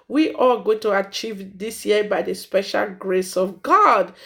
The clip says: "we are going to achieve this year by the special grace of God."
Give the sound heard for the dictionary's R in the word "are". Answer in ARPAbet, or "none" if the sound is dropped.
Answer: L